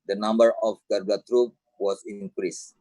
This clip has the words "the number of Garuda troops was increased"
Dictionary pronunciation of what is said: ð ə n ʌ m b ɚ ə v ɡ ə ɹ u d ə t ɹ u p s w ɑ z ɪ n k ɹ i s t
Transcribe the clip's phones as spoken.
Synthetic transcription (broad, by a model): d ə n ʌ m b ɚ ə f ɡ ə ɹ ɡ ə t ɹ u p w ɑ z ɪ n k ɹ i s